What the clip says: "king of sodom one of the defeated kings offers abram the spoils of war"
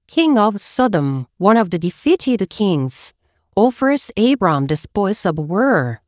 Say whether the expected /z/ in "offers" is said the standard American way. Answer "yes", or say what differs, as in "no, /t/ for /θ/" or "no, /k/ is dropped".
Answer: no, /s/ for /z/